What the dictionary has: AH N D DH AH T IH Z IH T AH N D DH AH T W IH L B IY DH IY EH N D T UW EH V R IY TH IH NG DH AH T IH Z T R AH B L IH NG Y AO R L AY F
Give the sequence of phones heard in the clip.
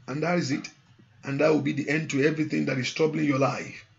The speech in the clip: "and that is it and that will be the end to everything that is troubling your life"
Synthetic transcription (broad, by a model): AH N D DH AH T IH Z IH T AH N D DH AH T W IH L B IY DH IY EH N D T UW EH V R IY TH IH NG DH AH T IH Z T R AH B L IH NG Y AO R L AY F